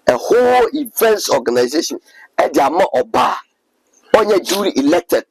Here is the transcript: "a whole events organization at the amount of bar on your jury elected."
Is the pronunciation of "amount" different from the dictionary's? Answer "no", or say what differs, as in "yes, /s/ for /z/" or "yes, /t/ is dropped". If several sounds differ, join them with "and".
yes, /n/ is dropped